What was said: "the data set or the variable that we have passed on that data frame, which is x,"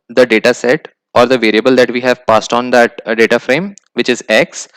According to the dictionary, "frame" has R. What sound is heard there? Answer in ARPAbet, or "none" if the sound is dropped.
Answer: R